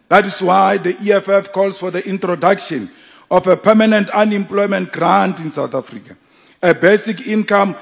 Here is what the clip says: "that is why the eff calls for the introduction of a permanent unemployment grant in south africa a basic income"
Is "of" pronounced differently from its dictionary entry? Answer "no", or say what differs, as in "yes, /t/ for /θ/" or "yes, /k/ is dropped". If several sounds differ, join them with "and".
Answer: yes, /f/ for /v/